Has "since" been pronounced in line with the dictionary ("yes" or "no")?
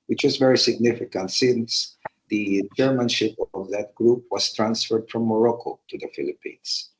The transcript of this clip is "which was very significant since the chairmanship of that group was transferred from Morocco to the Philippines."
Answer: yes